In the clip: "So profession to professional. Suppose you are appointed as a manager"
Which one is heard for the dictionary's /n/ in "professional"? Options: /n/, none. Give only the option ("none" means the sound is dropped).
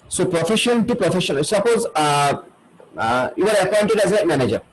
none